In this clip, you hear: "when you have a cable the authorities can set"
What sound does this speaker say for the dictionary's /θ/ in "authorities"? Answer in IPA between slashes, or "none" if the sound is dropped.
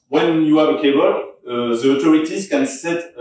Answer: /t/